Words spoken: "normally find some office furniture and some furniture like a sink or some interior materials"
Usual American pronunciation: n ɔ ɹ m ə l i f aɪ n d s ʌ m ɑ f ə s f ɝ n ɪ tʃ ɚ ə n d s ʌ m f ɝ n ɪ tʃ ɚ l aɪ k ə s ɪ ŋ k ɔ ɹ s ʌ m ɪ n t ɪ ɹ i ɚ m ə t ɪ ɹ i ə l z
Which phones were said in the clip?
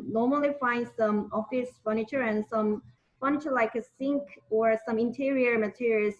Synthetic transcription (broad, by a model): n ɔ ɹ m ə l i f aɪ n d s ʌ m ɑ f ə s f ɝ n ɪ tʃ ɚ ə n s ʌ m f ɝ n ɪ tʃ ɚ l aɪ k ə s ɪ ŋ k ɔ ɹ s ʌ m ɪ n t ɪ ɹ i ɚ m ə t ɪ ɹ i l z